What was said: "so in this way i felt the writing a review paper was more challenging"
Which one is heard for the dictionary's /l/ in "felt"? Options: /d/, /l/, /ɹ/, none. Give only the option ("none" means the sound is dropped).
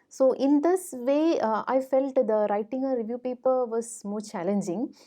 /l/